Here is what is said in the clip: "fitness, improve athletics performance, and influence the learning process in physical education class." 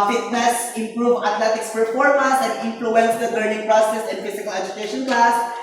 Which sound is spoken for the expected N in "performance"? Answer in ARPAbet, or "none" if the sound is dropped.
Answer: none